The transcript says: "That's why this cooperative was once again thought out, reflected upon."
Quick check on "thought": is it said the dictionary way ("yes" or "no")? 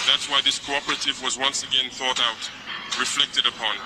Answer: yes